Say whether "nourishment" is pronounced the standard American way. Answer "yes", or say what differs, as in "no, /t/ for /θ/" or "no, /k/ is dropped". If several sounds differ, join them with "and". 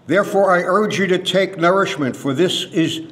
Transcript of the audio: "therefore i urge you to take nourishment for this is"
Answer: yes